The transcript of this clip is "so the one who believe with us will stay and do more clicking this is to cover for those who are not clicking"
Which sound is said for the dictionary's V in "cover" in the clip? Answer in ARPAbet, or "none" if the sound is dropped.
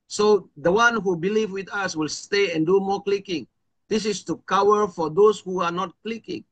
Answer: W